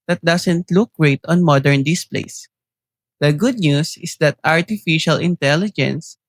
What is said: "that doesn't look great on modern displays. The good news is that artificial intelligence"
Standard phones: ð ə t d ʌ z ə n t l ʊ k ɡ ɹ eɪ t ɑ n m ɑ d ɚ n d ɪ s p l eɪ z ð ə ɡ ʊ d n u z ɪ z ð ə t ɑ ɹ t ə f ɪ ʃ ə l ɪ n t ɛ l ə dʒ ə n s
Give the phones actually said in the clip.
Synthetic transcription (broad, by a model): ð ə t d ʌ s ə n t l ʊ k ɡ ɹ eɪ t ɑ n m ɑ d ɚ n d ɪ s p l eɪ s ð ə ɡ ʊ d n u s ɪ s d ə t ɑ ɹ t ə f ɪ ʃ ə l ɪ n t ɛ l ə dʒ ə n s